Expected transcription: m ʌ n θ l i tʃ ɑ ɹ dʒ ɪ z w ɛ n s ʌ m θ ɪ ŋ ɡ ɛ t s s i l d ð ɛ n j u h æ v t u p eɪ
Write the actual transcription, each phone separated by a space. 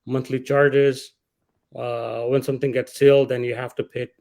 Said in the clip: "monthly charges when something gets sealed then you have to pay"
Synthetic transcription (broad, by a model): m ʌ n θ l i tʃ ɑ ɹ dʒ ɪ z w ɛ n s ʌ m t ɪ ŋ ɡ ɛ t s s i l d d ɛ n j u h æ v t u p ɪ